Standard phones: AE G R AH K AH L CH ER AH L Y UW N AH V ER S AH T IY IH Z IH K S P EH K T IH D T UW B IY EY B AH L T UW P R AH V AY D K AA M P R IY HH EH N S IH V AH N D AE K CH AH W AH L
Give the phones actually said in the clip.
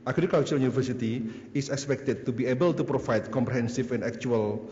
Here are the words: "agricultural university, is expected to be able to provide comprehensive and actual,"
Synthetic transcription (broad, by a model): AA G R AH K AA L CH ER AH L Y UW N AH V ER S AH T IY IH S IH K S P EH K T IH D T UW B IY EY B AH L T UW P R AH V AY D K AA M P R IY HH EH N S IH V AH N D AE K CH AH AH L